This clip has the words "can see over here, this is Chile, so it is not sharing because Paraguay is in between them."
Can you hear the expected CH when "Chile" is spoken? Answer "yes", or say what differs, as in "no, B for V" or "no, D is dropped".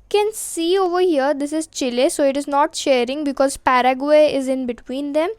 yes